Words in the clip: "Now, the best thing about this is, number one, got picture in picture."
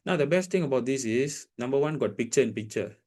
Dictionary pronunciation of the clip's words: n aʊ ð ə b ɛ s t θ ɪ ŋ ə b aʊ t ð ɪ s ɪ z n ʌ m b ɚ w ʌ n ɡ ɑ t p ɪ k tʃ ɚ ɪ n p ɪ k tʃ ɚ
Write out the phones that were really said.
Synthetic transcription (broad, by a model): n aʊ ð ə b ɛ s t t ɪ ŋ ə b aʊ t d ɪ s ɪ s n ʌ m b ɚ w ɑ n ɡ ɑ t p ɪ k tʃ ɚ ɪ n p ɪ k tʃ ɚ